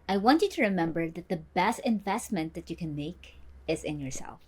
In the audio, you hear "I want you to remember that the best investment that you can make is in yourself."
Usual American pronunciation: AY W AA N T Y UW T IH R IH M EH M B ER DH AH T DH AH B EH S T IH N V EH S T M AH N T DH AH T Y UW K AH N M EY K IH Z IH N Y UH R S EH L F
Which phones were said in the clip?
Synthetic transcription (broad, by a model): AY W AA N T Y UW T IH R IH M EH M B ER DH AH T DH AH B EH S T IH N V EH S T M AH N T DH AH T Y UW K AH N M EY K IH Z IH N Y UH R S EH L F